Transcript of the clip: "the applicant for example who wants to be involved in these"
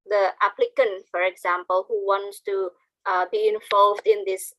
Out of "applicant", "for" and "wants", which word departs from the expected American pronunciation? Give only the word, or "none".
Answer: none